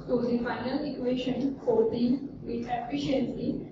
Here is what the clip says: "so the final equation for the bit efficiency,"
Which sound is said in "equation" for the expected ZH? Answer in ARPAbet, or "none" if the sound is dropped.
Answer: SH